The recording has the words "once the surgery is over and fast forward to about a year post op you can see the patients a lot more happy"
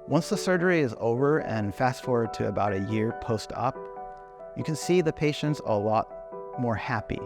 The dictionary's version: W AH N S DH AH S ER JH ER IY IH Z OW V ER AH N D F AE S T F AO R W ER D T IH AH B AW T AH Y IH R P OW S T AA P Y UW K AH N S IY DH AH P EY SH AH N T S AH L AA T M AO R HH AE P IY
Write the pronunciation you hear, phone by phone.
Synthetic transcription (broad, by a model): W AH N S DH AH S ER JH ER IY IH Z OW V ER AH N F AE S T F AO R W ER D T IH AH B AW T AH Y IH R P OW S T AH P Y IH K AH N S IY DH AH P EY SH AH N T S AH L AA T M AO R HH AE P IY